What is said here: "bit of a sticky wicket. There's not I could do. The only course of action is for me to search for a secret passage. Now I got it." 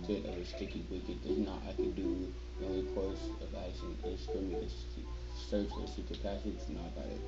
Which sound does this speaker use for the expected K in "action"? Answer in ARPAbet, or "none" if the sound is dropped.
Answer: none